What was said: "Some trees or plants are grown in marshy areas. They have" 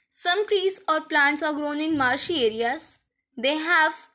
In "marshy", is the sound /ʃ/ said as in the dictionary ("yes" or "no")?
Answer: yes